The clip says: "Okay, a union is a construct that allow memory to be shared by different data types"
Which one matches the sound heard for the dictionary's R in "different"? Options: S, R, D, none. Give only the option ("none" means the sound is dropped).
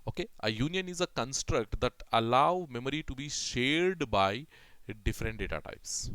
R